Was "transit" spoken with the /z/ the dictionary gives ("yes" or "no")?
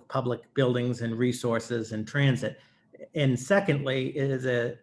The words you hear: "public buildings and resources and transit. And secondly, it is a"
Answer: yes